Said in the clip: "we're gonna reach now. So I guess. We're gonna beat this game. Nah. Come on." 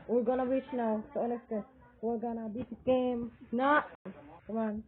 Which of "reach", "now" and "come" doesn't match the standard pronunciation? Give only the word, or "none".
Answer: reach